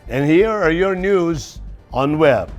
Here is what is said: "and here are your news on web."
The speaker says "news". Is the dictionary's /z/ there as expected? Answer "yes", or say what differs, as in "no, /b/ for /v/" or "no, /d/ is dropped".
yes